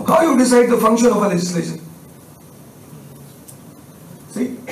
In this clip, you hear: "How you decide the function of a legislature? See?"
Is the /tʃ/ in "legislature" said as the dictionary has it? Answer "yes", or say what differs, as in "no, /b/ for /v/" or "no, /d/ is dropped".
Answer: no, /ʃ/ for /tʃ/